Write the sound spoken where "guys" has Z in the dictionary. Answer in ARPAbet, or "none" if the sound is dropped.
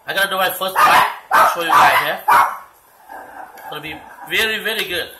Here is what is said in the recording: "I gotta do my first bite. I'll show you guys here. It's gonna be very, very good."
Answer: none